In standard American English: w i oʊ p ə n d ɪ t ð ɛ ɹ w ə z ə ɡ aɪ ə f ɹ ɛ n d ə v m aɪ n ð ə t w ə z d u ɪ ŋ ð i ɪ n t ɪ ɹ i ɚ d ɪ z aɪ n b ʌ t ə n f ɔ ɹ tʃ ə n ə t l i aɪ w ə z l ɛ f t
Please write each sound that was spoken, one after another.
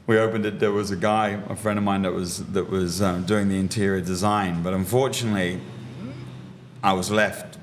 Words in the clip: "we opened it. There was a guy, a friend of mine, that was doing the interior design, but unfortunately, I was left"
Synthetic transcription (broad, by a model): w i oʊ p ə n d ɪ t ð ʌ ɹ w ə z ə ɡ aɪ ə f ɹ ɛ n d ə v m aɪ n ð ə t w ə z d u ɪ ŋ ð i ɪ n t ɪ ɹ i ɚ d ɪ z aɪ n b ʌ t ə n f ɔ ɹ tʃ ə n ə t l i aɪ w ə z l ɛ f t